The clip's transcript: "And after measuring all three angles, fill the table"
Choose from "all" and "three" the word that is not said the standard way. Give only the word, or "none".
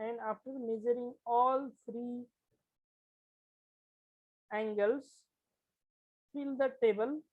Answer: three